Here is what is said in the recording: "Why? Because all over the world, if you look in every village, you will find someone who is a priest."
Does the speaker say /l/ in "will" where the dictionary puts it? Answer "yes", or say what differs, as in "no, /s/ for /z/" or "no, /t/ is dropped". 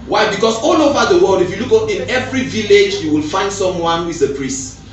yes